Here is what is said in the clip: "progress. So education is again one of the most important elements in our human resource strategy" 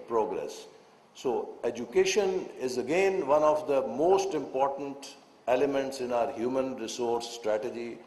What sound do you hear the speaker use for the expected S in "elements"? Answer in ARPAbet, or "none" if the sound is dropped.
S